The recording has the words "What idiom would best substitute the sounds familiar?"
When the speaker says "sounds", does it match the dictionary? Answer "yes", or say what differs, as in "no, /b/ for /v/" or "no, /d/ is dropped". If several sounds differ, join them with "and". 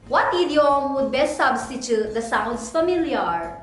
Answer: no, /s/ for /z/